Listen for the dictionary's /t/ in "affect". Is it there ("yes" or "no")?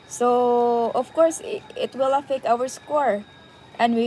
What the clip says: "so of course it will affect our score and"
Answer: no